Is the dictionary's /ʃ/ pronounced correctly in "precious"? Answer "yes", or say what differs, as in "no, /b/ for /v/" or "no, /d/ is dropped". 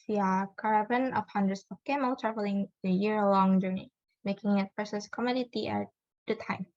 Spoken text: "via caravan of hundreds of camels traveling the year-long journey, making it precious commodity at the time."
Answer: no, /s/ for /ʃ/